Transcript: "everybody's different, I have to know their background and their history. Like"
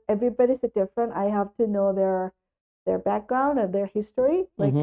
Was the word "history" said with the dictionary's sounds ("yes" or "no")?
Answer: yes